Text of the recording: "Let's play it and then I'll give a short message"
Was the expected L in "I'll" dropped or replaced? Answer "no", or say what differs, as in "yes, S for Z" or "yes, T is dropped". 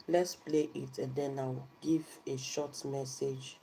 yes, W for L